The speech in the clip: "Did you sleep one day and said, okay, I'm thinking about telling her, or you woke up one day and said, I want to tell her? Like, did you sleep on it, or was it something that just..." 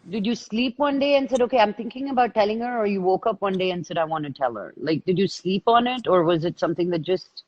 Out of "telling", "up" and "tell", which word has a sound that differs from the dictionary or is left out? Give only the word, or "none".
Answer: none